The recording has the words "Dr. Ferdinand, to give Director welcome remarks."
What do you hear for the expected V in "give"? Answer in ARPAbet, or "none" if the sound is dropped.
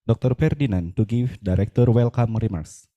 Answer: F